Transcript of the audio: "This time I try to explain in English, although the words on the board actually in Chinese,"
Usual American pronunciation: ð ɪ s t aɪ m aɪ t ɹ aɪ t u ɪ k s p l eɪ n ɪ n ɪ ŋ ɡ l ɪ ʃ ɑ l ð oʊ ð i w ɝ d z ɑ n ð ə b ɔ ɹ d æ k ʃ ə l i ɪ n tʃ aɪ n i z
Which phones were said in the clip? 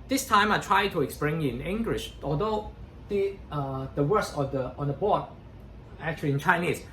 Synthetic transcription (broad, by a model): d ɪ s t aɪ m aɪ t ɹ aɪ t u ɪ k s p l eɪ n ɪ n ɪ ŋ ɡ l ɪ ʃ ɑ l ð oʊ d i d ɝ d s ɑ n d ə b ɔ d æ k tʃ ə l i ɪ n tʃ aɪ n i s